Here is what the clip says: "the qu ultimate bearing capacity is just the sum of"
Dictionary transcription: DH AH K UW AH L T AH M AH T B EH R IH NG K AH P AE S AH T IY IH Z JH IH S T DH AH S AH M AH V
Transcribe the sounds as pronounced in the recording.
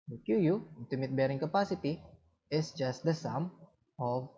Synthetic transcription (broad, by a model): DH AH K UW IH N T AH M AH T B EH R IH NG K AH P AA S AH T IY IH S JH IH S T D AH S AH M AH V